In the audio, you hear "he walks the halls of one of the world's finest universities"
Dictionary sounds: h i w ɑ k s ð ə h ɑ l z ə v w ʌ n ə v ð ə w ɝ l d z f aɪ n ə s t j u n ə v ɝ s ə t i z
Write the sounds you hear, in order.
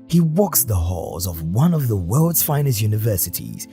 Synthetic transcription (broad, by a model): h i w ɑ k s ð ə h ɑ l z ə v w ʌ n ə v ð ə w ɝ l d z f aɪ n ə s j u n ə v ɝ s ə t i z